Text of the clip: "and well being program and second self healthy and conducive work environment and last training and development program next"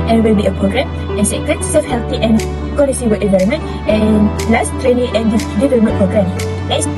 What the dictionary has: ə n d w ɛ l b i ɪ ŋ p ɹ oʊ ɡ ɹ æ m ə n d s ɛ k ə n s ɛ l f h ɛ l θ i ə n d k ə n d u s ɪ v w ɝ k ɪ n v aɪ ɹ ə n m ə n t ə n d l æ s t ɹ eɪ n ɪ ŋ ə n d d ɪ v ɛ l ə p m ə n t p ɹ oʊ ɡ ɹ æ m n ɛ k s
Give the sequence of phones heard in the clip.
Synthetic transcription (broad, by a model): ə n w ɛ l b i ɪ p ɹ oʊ ɡ ɹ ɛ m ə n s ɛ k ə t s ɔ f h ɛ l t i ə n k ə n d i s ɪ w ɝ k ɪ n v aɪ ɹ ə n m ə n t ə n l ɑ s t ɹ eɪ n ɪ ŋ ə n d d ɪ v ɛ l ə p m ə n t p ɹ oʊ ɡ ɹ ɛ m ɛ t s